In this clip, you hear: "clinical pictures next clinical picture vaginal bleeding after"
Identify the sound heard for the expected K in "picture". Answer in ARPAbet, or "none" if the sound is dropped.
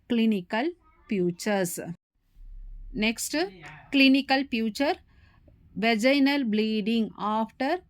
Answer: none